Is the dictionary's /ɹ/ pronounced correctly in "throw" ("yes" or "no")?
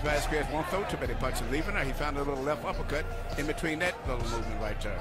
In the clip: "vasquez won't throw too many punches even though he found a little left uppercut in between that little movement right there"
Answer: no